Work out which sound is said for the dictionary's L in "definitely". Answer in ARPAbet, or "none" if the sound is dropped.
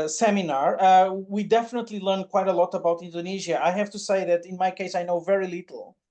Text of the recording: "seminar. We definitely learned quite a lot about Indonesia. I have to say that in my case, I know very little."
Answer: L